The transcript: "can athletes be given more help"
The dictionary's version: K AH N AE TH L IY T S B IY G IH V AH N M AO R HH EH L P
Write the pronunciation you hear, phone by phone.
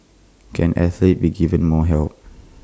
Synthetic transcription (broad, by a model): K AH N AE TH L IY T B IY G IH V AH N M AO HH EH L P